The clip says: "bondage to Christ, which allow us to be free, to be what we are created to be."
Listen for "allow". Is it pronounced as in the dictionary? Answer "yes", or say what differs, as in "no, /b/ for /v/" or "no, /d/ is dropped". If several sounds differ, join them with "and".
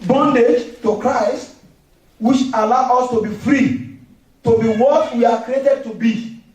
yes